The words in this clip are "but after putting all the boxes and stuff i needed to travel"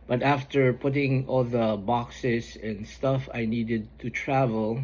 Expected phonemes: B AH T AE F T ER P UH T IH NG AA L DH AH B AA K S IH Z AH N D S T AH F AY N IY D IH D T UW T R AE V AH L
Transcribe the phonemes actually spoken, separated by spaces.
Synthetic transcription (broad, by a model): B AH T AE F T ER P UH T IH NG AA L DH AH B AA K S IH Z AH N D S T AH F AY N IY D IH D T UW T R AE V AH L